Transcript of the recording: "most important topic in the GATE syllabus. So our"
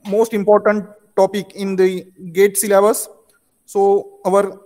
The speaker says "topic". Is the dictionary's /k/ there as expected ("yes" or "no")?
yes